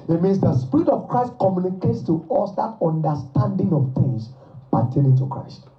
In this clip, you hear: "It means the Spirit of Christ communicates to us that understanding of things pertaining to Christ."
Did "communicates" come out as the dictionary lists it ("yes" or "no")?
yes